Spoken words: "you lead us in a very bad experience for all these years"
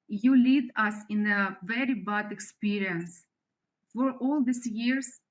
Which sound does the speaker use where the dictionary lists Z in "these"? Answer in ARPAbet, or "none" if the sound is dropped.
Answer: S